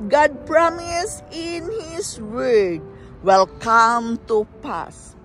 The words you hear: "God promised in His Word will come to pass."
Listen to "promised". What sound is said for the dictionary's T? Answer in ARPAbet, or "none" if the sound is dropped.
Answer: none